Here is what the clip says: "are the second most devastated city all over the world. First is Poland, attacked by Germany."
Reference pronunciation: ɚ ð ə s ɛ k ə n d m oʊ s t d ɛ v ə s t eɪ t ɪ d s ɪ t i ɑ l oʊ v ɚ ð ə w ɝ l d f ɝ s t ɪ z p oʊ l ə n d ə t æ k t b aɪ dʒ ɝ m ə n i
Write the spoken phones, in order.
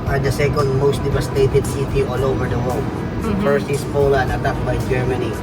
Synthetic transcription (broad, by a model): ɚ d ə s ɛ k ə n d m oʊ s t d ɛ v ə s t eɪ t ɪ d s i t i ɑ l oʊ v ɚ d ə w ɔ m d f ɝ s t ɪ s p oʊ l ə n ə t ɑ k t b aɪ dʒ ɝ m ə n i